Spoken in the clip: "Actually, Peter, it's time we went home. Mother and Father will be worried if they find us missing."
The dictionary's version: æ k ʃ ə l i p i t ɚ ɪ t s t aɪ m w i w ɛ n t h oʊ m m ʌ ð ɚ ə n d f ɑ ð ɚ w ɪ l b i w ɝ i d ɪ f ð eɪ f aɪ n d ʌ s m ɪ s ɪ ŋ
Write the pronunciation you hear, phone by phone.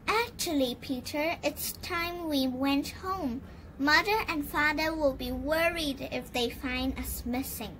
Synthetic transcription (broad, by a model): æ k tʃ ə l i p i t ɚ ɪ t s t aɪ m w i w ɛ n t h oʊ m m ʌ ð ɚ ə n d f ɑ ð ɚ w ɪ l b i w ɝ i d ɪ f ð eɪ f aɪ n d ʌ s m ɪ s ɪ ŋ